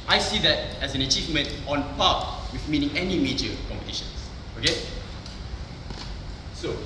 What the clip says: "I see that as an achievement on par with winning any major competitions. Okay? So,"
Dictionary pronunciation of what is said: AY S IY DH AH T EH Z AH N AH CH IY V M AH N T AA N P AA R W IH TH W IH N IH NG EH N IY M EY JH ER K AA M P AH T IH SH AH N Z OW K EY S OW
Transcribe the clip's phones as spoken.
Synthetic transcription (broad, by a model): AY S IY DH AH T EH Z AH N AH CH IY V M AH N T AA N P AA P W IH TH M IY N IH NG EH N IY M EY JH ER K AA M P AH T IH SH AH N S OW K EY S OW